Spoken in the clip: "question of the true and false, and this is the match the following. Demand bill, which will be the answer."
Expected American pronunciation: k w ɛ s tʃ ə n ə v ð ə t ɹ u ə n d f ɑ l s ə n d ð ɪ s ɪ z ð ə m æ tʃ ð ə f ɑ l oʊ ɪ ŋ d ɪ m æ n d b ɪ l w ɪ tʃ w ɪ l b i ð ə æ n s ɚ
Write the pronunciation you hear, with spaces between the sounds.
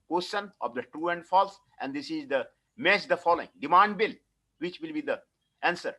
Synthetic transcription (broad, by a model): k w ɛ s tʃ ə n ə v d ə t ɹ u ə n d f ɑ l s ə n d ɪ s ɪ z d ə m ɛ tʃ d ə f ɑ l oʊ ɪ ŋ d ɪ m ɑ n d b ɪ l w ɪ tʃ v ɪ l b i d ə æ n s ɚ